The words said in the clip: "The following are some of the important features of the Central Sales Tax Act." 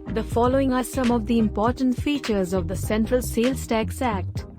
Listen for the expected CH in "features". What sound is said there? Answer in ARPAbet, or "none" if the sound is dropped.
CH